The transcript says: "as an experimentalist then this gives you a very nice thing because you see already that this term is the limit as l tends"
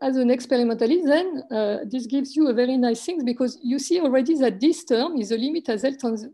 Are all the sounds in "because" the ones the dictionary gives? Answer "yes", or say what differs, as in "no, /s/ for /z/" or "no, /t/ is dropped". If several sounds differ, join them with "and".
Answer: yes